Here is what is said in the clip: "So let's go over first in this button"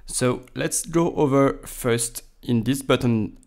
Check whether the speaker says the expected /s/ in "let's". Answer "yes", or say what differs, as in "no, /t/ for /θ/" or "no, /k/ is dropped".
yes